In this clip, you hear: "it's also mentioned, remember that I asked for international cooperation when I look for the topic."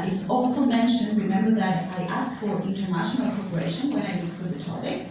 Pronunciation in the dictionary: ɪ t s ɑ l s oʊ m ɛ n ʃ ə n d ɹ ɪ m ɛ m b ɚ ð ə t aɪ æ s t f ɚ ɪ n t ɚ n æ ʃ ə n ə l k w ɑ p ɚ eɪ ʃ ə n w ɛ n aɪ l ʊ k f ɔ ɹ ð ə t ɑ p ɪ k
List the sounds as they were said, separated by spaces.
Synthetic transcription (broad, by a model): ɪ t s ɑ l s oʊ m ɛ n ʃ ə n d ɹ ɪ m ɛ m b ɚ ð ə t aɪ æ s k f ɚ ɪ n t ɚ n æ ʃ ə n ə l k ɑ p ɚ eɪ ʃ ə n w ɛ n aɪ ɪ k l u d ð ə t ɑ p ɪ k